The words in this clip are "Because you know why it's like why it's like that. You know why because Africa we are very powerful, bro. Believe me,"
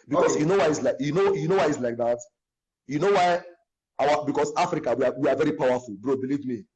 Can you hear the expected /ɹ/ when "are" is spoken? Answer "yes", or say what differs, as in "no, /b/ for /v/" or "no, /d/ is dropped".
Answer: no, /w/ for /ɹ/